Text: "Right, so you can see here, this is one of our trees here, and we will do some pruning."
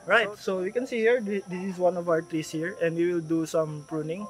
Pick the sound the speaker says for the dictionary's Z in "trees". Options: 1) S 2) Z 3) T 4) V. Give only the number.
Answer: 1